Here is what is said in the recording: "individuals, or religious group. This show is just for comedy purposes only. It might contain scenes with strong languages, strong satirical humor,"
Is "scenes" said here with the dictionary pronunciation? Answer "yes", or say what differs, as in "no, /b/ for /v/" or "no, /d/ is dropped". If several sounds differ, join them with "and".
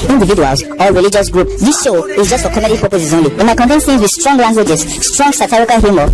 no, /θ/ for /s/